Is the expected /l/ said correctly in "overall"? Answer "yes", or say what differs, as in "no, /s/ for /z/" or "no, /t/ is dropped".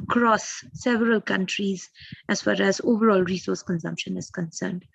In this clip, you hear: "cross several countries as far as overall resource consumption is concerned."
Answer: yes